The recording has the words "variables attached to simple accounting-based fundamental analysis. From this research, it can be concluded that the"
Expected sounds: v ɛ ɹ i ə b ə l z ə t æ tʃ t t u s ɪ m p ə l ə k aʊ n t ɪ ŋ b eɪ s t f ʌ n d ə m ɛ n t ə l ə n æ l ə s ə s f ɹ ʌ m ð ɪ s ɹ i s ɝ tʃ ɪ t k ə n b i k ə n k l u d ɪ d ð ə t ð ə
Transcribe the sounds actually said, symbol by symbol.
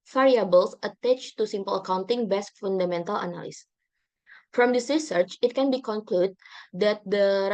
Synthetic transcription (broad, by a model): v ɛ ɹ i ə b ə l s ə t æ tʃ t t u s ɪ m p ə l ə k aʊ n t ɪ ŋ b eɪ s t f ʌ n d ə m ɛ n t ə l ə n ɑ l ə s s f ɹ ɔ m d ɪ s ɹ i s ɝ tʃ ɪ t k ə n b i k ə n k l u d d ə t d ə